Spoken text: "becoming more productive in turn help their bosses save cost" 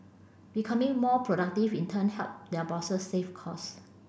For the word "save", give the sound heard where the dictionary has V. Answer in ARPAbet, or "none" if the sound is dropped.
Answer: F